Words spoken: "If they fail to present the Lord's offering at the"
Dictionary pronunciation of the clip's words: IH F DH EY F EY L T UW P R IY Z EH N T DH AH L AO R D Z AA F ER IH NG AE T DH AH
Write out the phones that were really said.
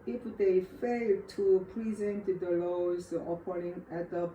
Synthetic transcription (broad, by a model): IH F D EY F EY L T UW P R IY Z EH N T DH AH L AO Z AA P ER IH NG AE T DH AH